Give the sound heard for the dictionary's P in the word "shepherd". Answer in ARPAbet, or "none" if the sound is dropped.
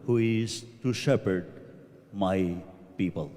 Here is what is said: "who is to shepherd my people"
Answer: P